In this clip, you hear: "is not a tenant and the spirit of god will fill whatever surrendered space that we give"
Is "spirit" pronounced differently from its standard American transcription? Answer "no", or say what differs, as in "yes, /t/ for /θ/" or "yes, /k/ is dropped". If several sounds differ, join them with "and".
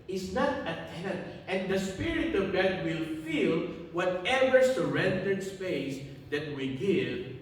no